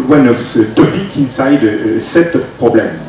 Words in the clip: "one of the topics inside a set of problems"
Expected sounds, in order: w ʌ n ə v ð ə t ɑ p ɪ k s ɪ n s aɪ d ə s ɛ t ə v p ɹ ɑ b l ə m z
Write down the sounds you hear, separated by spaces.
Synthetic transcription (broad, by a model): w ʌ n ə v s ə t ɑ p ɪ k ɪ n s aɪ d ə s ɛ t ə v p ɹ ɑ b l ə m